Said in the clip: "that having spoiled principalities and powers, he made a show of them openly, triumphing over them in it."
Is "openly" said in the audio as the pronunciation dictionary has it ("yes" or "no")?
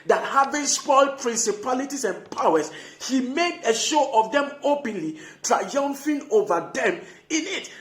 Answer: yes